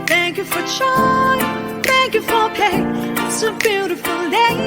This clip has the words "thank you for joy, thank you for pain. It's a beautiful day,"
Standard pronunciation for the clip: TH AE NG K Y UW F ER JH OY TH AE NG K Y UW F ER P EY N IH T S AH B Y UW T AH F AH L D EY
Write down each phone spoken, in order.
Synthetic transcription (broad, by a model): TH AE NG K Y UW F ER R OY TH AE NG K Y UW F ER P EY IH T S AH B Y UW T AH F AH L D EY